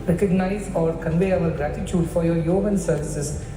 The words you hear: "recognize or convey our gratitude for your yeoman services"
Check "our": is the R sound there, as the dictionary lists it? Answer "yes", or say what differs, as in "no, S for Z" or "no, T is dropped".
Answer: no, L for R